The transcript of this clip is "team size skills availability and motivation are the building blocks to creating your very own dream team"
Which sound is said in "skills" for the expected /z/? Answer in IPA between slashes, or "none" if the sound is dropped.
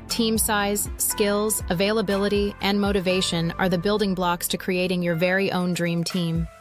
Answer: /z/